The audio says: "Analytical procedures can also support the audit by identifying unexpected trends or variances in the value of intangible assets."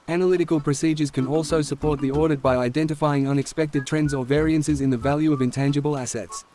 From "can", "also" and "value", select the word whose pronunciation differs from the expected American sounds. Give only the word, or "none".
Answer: none